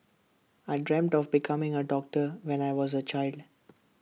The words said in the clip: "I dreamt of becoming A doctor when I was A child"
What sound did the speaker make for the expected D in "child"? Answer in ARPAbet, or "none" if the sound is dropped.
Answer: D